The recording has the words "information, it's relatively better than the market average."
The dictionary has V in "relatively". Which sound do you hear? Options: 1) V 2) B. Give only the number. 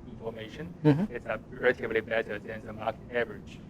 2